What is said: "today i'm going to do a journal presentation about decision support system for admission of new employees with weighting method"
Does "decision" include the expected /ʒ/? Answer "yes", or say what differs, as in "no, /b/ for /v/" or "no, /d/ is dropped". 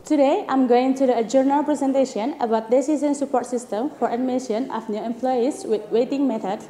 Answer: no, /s/ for /ʒ/